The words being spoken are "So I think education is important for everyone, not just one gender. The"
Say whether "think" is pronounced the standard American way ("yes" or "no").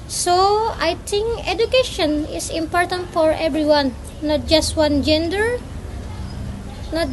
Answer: no